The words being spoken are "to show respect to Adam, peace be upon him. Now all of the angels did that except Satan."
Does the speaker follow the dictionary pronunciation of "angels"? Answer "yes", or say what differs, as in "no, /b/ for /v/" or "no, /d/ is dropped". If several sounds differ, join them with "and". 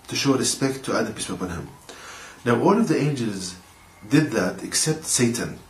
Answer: yes